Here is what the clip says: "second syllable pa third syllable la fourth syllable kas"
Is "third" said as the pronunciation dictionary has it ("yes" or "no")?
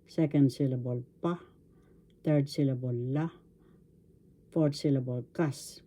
no